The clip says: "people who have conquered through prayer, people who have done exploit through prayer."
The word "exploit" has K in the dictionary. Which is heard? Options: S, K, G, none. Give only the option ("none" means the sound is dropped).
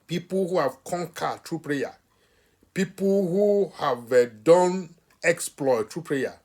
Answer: K